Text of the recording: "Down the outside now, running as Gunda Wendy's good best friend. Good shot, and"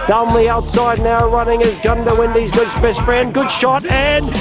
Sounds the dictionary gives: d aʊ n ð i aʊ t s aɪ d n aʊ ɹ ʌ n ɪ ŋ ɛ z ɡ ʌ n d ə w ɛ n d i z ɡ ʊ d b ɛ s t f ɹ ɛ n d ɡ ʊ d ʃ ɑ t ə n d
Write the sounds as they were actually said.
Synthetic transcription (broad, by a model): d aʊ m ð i aʊ t s aɪ d n aʊ ɹ ʌ n ɪ ŋ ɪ z ɡ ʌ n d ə w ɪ n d i z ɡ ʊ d b ɛ s t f ɹ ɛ n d ɡ ʊ d ʃ ɑ t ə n